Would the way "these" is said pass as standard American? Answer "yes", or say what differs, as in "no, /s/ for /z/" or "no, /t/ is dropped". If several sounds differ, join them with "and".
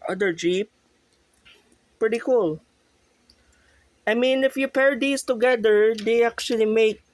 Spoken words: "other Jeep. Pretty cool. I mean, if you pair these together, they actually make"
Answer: no, /s/ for /z/